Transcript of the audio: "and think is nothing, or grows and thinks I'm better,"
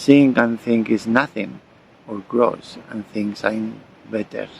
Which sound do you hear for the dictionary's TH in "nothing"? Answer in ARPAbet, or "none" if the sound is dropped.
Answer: TH